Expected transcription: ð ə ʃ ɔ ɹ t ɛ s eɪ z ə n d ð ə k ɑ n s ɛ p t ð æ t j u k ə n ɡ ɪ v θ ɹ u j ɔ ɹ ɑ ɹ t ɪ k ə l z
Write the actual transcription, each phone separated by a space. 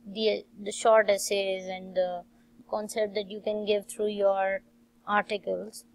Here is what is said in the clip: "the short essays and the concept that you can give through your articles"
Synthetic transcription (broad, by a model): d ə ʃ ɔ ɹ t ɛ s eɪ z ə n d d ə k ɑ n s ɛ p t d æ t j u k ə n ɡ ɪ v t ɹ u j ɔ ɹ ɑ ɹ t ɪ k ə l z